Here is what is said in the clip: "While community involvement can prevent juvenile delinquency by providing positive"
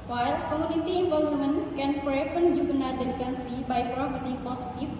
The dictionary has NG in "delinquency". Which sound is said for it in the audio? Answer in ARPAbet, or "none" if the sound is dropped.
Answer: none